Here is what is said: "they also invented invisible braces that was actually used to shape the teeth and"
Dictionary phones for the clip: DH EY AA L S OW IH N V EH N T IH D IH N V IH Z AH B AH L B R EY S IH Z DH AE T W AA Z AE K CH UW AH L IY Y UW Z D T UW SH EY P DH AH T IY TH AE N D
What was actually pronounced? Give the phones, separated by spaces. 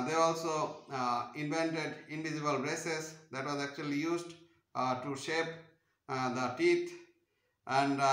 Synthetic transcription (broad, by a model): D EY AA L S OW IH N V EH N T IH D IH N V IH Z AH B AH L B R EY S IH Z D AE T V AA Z AE K CH UW AH L IY Y UW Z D T UW SH EY P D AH T IY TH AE N D